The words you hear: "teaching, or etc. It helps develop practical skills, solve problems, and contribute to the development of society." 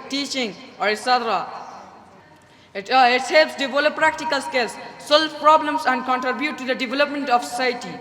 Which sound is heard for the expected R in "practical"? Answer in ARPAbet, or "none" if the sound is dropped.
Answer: R